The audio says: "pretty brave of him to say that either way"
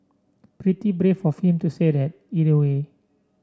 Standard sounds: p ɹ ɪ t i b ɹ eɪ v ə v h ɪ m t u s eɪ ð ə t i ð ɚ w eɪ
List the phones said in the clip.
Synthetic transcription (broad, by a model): p ɹ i t i b ɹ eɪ f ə f h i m t u s eɪ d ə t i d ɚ w eɪ